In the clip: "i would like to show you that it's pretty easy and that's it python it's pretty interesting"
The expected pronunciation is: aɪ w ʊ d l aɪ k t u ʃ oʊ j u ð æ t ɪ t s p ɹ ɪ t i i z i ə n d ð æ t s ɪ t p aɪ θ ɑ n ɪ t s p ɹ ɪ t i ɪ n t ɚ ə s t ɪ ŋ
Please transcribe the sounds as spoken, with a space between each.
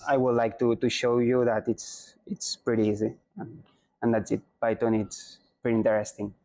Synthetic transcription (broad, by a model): aɪ w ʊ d l aɪ k t u ʃ oʊ j u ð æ t ɪ t s p ɹ ɪ t i i z i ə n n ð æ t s ɪ t b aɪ t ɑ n ɪ t s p ɹ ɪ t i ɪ n t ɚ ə s t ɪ ŋ